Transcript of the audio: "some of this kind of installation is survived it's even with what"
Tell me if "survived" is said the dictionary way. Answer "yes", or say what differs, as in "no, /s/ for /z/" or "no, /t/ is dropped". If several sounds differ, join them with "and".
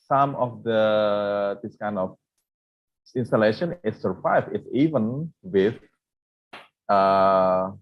no, /d/ is dropped